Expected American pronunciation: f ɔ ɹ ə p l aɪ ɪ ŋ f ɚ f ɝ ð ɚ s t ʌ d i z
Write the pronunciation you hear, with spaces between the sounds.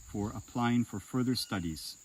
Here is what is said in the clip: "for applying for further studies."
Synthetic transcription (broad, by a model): f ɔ ɹ ə p l aɪ ɪ ŋ f ɚ f ɝ ð ɚ s t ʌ d i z